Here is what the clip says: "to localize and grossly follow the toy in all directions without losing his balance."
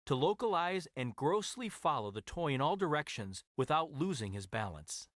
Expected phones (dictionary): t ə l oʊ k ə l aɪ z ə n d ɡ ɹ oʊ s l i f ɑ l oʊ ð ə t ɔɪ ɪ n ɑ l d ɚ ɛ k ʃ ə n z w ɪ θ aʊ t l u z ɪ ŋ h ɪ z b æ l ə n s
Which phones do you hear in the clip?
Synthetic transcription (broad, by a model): t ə l oʊ k ə l aɪ z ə n ɡ ɹ oʊ s l i f ɑ l oʊ ð ə t ɔɪ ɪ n ɑ l d ɚ ɛ k ʃ ə n z w ɪ θ aʊ t l u z ɪ ŋ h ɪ z b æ l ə n s